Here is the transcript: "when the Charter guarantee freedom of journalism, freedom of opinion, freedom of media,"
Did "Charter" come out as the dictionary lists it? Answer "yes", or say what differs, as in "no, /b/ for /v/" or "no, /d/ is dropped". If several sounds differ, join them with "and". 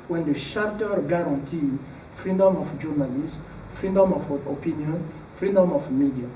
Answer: no, /ʃ/ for /tʃ/